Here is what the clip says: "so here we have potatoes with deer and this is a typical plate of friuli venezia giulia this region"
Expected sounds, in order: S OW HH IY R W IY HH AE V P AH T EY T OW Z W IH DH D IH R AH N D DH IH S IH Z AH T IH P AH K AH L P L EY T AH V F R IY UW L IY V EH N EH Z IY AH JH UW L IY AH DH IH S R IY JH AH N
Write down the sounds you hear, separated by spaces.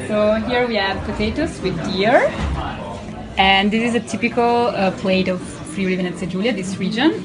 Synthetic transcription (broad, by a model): S OW HH IY R W IY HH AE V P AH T EY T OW S W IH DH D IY R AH N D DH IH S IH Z AH T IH P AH K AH L P L EY T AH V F R IY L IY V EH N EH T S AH JH UW L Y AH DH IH S R IY JH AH N